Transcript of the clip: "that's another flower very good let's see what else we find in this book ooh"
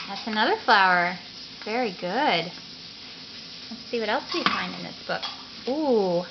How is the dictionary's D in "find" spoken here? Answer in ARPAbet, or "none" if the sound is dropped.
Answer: D